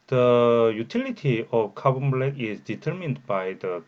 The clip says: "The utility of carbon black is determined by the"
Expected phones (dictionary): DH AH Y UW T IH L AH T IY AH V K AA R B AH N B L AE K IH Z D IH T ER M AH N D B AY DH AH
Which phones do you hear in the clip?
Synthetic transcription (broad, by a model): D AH Y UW T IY L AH T IY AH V K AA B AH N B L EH IH Z D IH T ER M AH N D B AY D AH